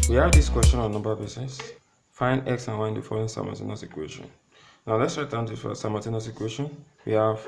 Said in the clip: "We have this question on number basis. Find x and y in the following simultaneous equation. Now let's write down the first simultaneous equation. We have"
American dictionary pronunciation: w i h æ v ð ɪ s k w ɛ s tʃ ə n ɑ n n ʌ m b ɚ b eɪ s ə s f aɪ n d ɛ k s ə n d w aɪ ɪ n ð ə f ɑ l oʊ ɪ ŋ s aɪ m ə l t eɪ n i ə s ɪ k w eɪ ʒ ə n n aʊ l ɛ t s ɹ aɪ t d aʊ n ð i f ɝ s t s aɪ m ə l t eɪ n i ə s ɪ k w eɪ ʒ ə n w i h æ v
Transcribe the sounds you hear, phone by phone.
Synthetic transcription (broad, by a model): w i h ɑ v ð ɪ s k w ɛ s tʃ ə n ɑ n n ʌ m b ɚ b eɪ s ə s f aɪ n ɛ k s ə n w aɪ ɪ n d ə f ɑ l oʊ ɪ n s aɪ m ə t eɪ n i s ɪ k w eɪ ʃ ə n n aʊ l ɛ t s ɹ aɪ t d aʊ n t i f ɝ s s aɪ m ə t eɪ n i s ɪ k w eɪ ʃ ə n w i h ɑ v